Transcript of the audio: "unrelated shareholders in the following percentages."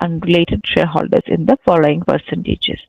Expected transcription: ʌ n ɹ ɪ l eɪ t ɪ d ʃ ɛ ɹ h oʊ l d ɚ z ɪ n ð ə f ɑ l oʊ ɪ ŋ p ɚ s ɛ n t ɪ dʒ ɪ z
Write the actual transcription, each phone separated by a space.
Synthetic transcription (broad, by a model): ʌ n ɹ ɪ l eɪ t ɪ d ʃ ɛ l h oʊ l d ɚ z ɪ n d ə f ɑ l oʊ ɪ ŋ p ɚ s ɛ n t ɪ dʒ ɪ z